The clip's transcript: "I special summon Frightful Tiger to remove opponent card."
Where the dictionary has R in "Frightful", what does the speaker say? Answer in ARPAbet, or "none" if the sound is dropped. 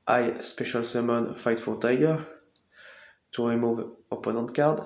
none